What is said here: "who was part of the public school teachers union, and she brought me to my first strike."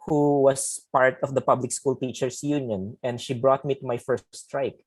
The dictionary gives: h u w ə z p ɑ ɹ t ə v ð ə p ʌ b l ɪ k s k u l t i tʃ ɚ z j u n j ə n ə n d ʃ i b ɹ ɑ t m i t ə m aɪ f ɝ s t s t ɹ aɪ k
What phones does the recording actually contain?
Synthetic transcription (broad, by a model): h u w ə s p ɑ ɹ t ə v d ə p ʌ b l ɪ k s k u l t i tʃ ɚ s j u n j ə n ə n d ʃ i b ɹ ɑ t m i t ə m aɪ f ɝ s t s t ɹ aɪ k